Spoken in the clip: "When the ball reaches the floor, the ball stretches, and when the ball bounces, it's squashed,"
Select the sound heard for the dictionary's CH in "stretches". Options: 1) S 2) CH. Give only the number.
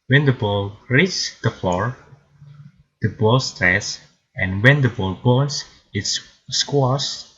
1